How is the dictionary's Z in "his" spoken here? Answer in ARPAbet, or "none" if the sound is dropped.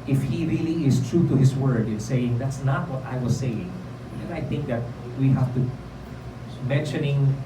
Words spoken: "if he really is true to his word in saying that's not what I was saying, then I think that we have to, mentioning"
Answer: S